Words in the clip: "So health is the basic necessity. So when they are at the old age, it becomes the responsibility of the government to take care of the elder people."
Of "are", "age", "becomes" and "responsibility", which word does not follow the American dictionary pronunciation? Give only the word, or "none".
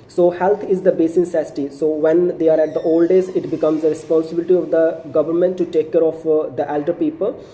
age